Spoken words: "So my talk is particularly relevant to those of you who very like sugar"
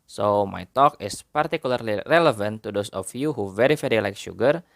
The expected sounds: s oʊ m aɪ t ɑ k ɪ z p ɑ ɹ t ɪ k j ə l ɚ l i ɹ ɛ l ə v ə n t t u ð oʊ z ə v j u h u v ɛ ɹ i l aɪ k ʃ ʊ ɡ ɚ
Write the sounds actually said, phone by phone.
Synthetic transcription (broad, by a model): s oʊ m aɪ t ɑ k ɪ s p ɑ ɹ t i k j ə l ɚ l i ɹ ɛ l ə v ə n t t u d oʊ s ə f j u h u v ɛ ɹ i l aɪ k ʃ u ɡ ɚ